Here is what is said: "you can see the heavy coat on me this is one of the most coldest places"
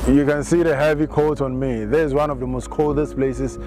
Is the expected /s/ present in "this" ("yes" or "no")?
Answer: no